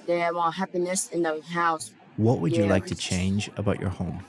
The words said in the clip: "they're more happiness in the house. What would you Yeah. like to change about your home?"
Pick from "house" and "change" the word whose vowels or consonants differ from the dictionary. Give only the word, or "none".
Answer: none